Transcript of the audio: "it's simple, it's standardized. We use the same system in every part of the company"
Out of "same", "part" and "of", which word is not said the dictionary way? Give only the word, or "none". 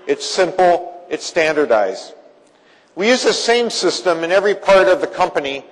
none